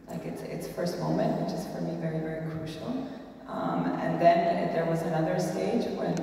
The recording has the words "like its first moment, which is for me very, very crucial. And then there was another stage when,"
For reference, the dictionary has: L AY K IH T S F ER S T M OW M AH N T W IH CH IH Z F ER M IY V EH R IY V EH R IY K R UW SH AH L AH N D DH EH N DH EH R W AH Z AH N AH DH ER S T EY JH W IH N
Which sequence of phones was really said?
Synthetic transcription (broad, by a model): L AY K IH T S F ER S T M OW M AH N T W IH CH IH Z F ER M IY V EH R IY V EH R IY K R UW SH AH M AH N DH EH N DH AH R W AH Z AH N AH DH ER S T EY JH W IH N